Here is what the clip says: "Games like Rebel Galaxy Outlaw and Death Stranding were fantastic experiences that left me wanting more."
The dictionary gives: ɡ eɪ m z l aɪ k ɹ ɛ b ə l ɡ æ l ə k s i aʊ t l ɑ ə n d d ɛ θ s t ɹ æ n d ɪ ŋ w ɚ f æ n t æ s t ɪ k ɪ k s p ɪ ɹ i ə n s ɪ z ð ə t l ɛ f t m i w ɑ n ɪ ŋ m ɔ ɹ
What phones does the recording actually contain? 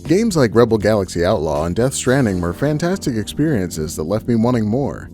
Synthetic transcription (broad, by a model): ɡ eɪ m z l aɪ k ɹ ɛ b l ɡ æ l ə k s i aʊ t l ɑ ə n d d ɛ θ s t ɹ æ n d ɪ ŋ w ɚ f æ n t æ s t ɪ k ɪ k s p ɪ ɹ i ə n s ɪ z ð ə t l ɛ f t m i w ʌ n ɪ ŋ m ɔ ɹ